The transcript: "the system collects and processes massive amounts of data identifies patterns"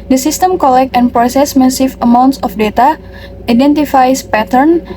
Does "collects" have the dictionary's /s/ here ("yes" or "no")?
no